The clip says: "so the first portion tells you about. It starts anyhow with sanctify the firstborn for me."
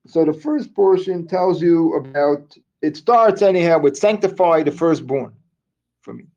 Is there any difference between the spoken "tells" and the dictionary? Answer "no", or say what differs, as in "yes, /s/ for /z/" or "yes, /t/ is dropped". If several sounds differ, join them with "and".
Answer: no